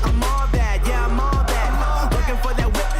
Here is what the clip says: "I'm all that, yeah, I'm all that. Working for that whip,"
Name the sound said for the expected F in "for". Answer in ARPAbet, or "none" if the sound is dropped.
F